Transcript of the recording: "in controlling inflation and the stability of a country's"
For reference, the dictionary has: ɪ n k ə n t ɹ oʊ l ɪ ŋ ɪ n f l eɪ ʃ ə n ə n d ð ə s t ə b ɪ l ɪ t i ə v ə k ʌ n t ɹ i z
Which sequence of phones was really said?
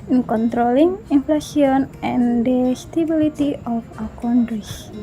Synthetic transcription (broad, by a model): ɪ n k ə n t ɹ oʊ l ɪ ŋ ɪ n f l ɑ s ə n ə n d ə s t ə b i l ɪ t i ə f ə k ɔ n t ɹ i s